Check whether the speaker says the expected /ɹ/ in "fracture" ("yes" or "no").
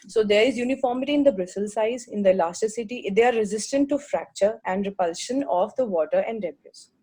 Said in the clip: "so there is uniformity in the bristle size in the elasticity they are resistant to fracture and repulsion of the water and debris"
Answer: yes